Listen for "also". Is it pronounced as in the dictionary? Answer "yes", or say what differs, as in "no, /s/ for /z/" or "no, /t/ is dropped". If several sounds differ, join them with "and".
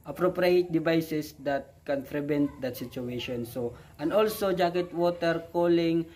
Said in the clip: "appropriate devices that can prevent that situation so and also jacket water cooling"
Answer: yes